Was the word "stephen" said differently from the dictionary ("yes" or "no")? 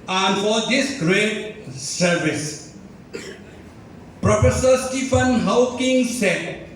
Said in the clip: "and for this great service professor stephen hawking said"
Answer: yes